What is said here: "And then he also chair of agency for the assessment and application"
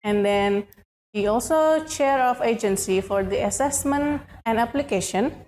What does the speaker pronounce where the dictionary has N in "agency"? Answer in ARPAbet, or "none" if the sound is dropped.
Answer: N